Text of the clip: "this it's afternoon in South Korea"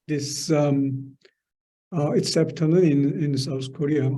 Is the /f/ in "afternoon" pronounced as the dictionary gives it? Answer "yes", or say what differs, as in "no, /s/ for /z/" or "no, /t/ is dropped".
no, /p/ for /f/